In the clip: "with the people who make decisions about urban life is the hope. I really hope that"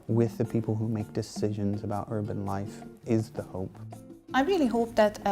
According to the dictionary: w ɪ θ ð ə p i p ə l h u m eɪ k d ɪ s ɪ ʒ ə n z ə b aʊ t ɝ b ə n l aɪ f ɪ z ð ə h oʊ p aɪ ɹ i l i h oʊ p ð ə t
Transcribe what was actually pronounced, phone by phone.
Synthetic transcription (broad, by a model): w ɪ ð ə p i p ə l h u m eɪ k d ɪ s ɪ ʒ ə n z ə b aʊ t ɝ b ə n l aɪ f ɪ z ð ə h oʊ p aɪ ɹ i l i h oʊ p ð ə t